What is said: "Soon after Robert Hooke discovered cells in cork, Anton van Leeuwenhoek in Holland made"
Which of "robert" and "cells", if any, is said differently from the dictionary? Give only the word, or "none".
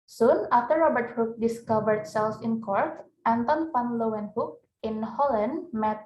cells